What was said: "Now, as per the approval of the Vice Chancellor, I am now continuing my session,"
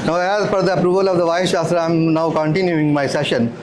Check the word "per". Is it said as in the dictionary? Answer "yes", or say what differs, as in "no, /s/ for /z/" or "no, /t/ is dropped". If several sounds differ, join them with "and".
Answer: no, /f/ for /p/